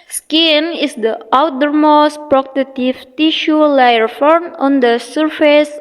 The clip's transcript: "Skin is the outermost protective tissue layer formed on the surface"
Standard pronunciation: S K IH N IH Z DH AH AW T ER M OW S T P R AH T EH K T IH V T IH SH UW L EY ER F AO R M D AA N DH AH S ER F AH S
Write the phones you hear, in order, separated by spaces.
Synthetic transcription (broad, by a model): S K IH N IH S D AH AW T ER M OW S T P R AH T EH T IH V T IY SH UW L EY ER F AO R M AA N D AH S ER F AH S